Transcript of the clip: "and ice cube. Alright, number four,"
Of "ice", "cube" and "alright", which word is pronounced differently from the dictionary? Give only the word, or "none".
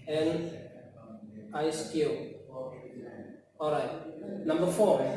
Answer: cube